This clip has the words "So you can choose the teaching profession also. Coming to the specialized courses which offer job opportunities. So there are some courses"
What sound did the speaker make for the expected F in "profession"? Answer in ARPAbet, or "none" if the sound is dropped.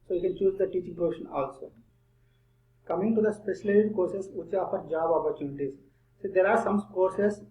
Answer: none